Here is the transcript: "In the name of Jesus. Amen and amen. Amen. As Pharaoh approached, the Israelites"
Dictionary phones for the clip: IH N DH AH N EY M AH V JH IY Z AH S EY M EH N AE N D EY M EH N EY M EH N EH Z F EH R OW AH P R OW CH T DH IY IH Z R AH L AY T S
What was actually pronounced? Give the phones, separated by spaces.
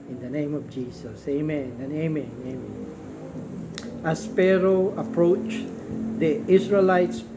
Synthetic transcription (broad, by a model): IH N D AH N EY M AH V JH IY S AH S EY M EH N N EY M EH N EY M EH N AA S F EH R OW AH P R OW CH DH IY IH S R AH L AY T S